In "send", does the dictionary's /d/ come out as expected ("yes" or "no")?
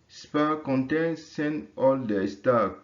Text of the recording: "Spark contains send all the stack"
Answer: no